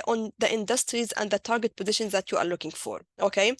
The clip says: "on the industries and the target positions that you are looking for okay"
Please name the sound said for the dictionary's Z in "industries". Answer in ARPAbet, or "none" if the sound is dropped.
Z